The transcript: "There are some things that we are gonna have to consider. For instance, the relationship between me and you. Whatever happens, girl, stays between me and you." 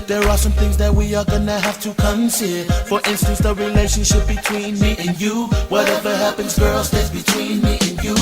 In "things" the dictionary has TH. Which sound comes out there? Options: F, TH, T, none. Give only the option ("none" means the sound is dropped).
TH